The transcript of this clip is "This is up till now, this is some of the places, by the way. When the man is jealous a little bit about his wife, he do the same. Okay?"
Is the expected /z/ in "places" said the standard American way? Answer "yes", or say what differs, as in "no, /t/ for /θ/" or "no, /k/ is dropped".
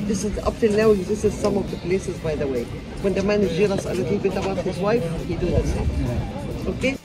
yes